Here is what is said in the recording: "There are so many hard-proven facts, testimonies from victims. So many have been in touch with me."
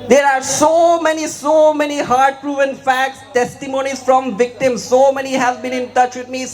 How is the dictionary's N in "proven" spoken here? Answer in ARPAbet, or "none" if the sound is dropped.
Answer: N